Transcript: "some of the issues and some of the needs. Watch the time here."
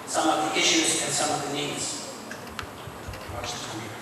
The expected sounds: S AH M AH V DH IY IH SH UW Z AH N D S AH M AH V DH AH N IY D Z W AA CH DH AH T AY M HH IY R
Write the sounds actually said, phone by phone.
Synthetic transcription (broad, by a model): S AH M AH V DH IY IH SH UW Z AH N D S AH M AH V DH AH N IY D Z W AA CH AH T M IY